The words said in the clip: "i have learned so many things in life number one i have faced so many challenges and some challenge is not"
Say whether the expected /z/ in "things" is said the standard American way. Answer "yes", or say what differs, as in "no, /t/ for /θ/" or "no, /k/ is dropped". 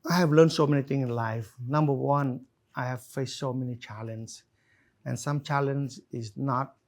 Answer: no, /z/ is dropped